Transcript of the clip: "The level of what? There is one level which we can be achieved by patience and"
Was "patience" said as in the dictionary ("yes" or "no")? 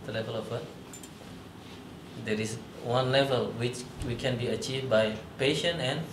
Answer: no